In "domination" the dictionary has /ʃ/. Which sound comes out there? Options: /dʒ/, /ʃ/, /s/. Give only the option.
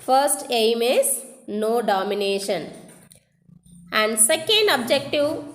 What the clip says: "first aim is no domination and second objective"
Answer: /ʃ/